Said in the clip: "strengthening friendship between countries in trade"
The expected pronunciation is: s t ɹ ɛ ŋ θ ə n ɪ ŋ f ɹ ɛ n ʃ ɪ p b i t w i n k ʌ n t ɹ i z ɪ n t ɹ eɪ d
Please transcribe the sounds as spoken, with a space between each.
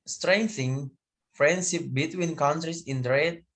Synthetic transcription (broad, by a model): s t ɹ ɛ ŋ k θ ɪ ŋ f ɹ ɛ n ʃ ɪ p b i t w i n k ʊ n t ɹ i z ɪ n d ɹ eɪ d